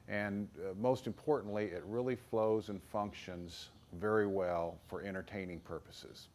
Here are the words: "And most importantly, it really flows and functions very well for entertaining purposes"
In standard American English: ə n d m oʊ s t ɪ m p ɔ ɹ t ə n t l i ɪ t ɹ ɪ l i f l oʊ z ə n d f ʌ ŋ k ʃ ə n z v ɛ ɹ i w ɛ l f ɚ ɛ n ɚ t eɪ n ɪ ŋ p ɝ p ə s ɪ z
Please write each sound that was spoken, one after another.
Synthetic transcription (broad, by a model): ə n m oʊ s t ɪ m p ɔ ɹ t n t l i ɪ t ɹ ɪ l i f l oʊ z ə n f ʌ ŋ k ʃ ə n z v ɛ ɹ i w ɛ l f ɚ ɛ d ɚ t eɪ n ɪ ŋ p ɝ p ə s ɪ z